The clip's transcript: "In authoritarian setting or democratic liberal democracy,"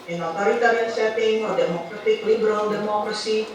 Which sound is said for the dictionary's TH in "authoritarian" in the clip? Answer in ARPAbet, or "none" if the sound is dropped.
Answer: T